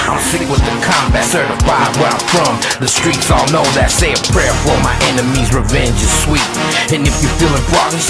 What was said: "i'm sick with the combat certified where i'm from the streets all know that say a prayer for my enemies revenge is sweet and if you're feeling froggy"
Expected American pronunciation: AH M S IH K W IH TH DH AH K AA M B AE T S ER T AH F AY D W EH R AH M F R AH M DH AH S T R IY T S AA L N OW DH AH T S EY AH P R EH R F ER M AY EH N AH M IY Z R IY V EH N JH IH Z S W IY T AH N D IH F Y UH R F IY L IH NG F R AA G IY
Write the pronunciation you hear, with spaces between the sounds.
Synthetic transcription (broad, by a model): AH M S IH K W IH DH AH K AA M B AE T S ER T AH F AY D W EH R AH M F R AH M DH AH S T R IY T S AA L N OW DH AH T S EY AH P R EH R F ER M AY EH N AH M IY Z R IY V EH N JH IH Z S W IY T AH N IH F Y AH R F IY L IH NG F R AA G